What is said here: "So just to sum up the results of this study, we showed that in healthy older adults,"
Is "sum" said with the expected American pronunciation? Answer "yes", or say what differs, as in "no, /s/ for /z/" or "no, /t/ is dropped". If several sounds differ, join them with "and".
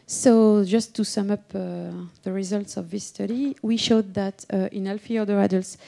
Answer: yes